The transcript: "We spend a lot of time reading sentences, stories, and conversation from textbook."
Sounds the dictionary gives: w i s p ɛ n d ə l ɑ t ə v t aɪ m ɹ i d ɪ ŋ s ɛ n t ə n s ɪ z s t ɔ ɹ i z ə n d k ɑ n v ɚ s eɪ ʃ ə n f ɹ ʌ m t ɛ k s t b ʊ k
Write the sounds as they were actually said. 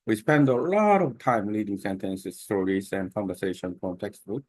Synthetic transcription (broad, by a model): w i s p ɛ n d ə l ɑ t ə v t aɪ m l i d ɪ ŋ s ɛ n t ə n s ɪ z s t ɔ ɹ i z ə n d k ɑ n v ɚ s eɪ ʃ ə n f ɹ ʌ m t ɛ k s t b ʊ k